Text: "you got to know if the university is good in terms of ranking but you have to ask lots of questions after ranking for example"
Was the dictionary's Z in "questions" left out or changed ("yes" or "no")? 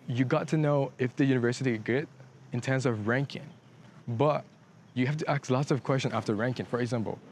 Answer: yes